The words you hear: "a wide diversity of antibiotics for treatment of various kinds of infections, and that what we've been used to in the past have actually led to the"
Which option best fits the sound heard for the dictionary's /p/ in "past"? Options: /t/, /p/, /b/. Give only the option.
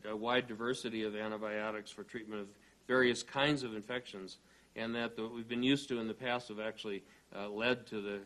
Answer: /p/